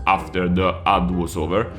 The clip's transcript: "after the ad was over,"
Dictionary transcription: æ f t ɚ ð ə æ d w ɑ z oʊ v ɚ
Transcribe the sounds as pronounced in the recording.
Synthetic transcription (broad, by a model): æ f t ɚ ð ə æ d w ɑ s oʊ v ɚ